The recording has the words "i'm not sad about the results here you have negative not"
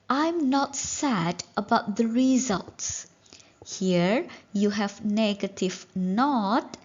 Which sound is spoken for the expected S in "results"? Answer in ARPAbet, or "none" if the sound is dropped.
S